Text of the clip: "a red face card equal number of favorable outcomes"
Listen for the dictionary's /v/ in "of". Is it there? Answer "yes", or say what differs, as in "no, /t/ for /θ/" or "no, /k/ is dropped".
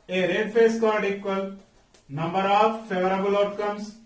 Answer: no, /p/ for /v/